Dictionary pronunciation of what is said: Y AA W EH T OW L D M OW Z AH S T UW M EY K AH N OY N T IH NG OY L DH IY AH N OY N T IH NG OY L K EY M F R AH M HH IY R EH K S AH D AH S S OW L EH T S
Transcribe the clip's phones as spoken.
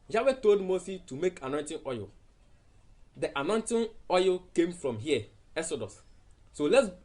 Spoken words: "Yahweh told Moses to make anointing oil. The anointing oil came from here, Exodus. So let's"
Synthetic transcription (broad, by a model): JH AA W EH T OW L D M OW S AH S T UW M EY K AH N OY N T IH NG OY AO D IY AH N OY N T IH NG OY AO K EY M F R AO M HH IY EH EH S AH D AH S S OW L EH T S